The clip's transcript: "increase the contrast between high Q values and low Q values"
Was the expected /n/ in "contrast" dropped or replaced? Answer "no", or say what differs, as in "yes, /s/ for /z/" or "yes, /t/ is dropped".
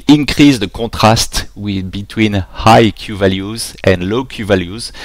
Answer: yes, /n/ is dropped